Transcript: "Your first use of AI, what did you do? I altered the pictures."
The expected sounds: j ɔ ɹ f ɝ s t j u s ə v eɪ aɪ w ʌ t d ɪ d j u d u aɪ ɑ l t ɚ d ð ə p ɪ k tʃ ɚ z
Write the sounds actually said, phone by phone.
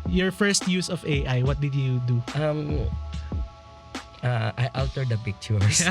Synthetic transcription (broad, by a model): j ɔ ɹ f ɝ s t j u s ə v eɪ aɪ w ʌ t d ɪ d j u d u aɪ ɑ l t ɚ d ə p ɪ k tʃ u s